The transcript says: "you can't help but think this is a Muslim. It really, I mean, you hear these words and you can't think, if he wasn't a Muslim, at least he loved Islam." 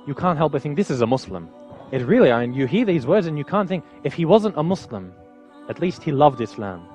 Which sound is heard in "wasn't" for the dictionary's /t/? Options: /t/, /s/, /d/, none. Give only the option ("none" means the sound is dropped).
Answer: /t/